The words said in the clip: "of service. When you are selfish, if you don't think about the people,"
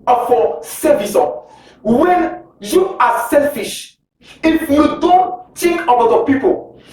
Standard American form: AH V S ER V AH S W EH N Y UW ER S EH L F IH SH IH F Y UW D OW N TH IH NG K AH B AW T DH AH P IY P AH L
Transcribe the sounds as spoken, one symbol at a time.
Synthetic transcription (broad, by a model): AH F S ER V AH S W EH N Y UW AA S EH L F IH SH IH F Y UW D OW N T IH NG K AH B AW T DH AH P IY P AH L